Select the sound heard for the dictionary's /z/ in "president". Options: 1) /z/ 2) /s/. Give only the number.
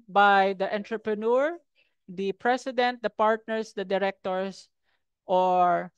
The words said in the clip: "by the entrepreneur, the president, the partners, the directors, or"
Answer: 2